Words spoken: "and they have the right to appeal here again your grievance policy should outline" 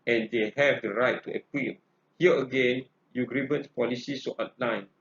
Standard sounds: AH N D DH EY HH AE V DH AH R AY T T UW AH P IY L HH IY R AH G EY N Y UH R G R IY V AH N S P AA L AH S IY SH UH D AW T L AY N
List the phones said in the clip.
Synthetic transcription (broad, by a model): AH N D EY HH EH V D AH R AY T T UW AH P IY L HH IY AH AH G EY N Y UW G R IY B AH N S P AA L AH S IY S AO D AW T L AY N